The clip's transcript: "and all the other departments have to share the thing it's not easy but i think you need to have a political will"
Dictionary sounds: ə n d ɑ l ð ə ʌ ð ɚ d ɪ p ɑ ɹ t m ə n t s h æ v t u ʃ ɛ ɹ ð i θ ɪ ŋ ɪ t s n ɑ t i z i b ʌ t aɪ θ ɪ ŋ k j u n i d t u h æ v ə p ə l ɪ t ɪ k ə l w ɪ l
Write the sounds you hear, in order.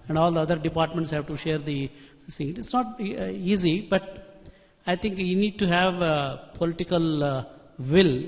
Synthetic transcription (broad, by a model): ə n d ɑ l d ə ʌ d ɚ d ɪ p ɑ ɹ t m ə n t s h æ v t u ʃ ɛ ɹ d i s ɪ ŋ ɪ t s n ɑ t i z i b ʌ t aɪ t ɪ ŋ k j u n i d t u h æ v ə p ə l ɪ t ɪ k ə l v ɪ l